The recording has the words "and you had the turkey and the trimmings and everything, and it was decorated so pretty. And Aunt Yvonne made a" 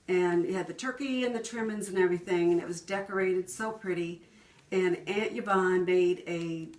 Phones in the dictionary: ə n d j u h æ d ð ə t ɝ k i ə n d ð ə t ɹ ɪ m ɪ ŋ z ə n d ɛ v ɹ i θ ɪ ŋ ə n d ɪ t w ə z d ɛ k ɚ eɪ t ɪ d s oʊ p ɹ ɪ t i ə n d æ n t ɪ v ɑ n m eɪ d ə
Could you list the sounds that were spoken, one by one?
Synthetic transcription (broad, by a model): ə n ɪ d ð ə t ɝ k i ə n ð ə t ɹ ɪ m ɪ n z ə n ɛ v ɹ i θ ɪ ŋ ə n ɪ t w ə z d ɛ k ɚ eɪ t ɪ d s oʊ p ɹ ɪ t i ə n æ n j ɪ b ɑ n m eɪ d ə